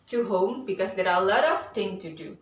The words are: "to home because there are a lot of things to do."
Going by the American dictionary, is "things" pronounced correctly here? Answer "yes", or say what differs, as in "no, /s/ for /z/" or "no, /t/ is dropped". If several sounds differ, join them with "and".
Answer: no, /z/ is dropped